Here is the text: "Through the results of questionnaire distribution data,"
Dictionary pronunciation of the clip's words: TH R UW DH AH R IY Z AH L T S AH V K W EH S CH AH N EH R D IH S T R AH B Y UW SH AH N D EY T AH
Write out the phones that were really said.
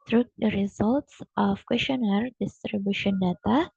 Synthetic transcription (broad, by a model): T R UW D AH R IY Z AH L T S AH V K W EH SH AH N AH R D IH S T R AH B Y UW SH AH N D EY T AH